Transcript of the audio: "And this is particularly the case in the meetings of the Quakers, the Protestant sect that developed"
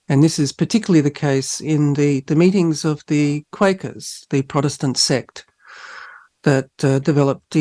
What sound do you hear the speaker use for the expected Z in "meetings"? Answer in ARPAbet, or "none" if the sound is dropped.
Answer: Z